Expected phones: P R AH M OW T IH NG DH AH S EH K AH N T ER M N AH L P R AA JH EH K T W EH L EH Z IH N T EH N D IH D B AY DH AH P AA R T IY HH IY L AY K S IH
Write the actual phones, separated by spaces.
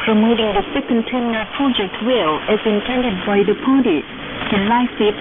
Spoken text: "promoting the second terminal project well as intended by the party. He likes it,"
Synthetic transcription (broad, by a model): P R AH M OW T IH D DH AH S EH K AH N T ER N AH P R AA JH EH K T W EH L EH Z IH N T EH N D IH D B AY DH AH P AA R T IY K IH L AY S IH